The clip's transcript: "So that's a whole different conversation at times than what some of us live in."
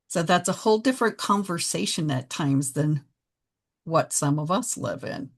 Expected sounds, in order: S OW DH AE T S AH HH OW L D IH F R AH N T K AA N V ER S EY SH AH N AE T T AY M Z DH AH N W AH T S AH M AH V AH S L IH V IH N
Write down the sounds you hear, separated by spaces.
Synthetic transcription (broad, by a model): S OW DH AE T S AH HH OW L D IH F R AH N K AA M V ER S EY SH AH N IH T T AY M Z DH AH N W AH T S AH M AH V AH S L IH V IH N